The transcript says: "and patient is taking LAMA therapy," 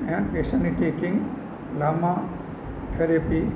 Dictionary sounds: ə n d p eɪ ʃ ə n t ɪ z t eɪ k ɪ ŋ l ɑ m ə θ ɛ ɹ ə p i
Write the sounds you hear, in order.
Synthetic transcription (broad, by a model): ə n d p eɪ s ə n ɪ t eɪ k ɪ ŋ l ɑ m ə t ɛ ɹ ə p i